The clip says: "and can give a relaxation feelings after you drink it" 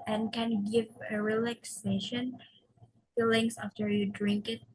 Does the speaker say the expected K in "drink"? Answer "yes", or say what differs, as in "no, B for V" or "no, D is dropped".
yes